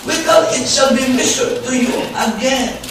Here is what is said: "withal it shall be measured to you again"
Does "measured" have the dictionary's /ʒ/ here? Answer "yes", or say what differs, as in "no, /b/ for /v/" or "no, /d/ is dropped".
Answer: no, /ʃ/ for /ʒ/